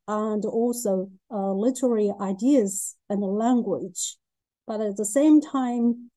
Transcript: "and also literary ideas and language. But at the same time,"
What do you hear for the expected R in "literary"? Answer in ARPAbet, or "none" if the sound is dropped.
R